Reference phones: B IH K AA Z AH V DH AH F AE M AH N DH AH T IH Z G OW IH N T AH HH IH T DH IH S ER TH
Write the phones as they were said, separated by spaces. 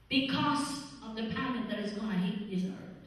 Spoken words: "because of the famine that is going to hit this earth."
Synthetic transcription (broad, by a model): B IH K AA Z AH V DH AH P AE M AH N DH AH T IH Z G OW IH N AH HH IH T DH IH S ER